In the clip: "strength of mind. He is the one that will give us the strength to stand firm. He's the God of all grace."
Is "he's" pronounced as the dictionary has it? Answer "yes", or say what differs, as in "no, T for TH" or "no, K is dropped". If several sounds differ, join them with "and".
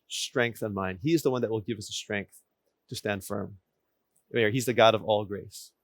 yes